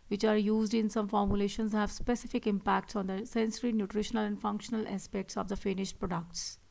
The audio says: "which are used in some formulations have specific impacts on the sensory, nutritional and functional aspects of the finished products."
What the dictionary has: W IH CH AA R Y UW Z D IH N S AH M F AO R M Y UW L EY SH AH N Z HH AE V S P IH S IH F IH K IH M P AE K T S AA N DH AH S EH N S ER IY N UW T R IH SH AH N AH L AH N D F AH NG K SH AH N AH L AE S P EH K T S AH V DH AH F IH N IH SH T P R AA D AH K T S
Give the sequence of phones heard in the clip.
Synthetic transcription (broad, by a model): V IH CH AA R Y UW Z D IH N S AH M F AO R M Y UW L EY SH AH N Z HH AE V S P IH S IH F IH K IH M P AE K T S AA N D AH S EH N S ER IY N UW T R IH SH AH N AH L AH N D F AH NG K SH AH N AH L AE S P EH K T S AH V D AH F IH N IH SH T P R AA D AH K T S